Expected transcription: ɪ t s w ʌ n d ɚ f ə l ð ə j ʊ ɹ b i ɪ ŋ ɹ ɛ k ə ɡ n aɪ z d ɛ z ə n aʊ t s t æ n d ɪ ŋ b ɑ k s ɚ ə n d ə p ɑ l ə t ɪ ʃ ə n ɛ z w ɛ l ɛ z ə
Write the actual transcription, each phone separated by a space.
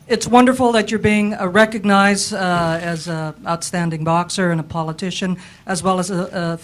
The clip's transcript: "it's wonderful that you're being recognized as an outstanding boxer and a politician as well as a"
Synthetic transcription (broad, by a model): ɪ t s w ʌ n d ɚ f l ð ə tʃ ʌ ɹ b i ɪ ŋ ɹ ɛ k ə ɡ n aɪ z d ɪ z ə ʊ t s t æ n d ɪ ŋ b ɑ k s ɚ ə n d ə p ɑ l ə t ɪ ʃ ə n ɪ z w ɛ l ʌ z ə